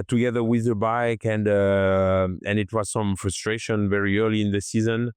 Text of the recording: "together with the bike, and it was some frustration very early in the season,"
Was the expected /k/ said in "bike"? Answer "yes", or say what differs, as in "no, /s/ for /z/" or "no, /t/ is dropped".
yes